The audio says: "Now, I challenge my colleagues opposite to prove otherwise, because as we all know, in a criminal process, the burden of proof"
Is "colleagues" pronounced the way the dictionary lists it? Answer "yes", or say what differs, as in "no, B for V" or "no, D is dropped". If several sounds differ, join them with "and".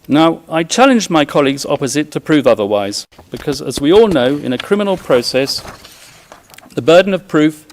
yes